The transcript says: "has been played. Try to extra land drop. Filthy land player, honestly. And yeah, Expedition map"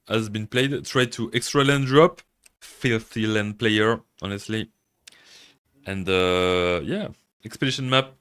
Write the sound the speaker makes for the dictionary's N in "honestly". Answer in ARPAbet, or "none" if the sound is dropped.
N